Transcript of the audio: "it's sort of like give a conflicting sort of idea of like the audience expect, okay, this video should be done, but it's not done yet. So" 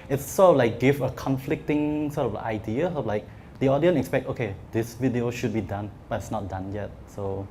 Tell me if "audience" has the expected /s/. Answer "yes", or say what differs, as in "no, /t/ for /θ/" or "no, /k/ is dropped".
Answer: no, /s/ is dropped